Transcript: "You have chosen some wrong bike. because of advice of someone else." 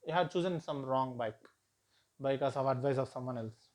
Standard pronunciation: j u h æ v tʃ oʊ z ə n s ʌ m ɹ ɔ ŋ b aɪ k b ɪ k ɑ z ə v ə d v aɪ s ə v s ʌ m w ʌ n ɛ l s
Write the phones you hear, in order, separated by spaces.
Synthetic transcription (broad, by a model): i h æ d tʃ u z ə n s ʌ m ɹ ɔ ŋ b aɪ k b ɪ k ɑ s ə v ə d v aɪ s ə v s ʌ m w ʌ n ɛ l s